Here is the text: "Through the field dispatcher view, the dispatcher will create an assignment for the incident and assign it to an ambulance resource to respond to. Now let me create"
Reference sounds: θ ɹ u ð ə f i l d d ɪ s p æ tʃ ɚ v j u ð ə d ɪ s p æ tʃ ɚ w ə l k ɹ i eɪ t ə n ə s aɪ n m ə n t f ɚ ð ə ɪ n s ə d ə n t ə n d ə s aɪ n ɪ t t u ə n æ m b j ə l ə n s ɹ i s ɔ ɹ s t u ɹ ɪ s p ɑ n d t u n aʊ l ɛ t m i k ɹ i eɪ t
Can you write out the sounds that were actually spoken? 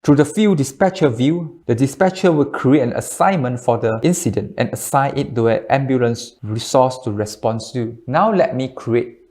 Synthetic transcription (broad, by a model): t ɹ u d ə f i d d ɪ s p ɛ tʃ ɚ v j u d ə d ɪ s p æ tʃ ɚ w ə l k ɹ i eɪ t ə n ə s aɪ n m ə n t f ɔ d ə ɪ n s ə d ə n t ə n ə s aɪ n ɪ t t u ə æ m b j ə l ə n s ɹ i s ɔ s t u ɹ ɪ s p ɑ n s t u n aʊ l ɛ t m i k ɹ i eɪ t